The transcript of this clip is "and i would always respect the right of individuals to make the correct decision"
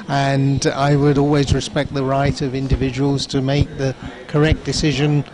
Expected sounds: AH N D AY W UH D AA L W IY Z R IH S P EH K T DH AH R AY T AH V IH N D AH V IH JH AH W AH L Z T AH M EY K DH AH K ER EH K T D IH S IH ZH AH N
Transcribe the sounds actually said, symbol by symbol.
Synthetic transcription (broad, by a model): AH N AY W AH D AA L W IY Z R IH S P EH K T DH AH R AY T AH V IH N D AH V IH JH AH W AH L Z T AH M EY K DH AH K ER EH K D IH S IH ZH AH N